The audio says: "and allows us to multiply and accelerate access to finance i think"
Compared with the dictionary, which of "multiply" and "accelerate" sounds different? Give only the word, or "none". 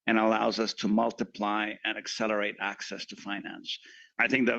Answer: none